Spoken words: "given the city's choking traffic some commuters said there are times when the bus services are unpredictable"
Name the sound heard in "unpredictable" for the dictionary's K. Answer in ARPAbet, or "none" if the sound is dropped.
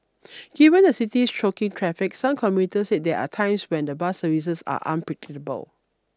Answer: none